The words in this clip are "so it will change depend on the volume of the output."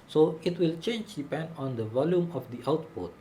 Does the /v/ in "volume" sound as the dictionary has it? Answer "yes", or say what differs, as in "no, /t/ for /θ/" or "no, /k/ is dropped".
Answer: yes